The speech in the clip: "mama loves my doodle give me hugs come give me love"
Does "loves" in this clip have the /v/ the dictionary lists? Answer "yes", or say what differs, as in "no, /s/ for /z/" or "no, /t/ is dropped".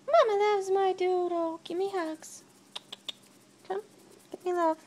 no, /w/ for /v/